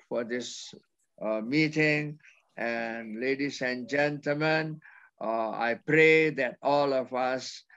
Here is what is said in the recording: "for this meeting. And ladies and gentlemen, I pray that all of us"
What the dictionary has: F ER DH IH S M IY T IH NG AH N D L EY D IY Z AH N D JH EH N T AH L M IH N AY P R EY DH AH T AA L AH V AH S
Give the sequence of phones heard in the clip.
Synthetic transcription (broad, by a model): F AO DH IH S M IY T IH NG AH N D L EY D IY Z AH N JH EH N T AH L M IH N AY P R EY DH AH T AA L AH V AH S